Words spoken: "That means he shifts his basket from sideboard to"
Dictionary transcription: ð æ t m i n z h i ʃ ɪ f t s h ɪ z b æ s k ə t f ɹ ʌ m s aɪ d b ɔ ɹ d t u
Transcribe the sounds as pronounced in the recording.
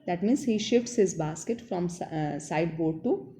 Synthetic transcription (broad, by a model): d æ t m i n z h i ʃ ɪ f t s h ɪ z b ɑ s k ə t f ɹ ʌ m s aɪ d b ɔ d t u